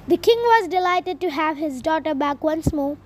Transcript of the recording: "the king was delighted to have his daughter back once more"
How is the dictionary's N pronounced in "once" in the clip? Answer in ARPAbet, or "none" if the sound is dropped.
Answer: N